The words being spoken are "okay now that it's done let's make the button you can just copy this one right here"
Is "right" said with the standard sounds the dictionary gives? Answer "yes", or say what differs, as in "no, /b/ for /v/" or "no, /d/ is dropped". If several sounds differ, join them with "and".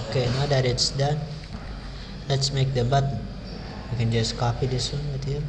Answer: no, /w/ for /ɹ/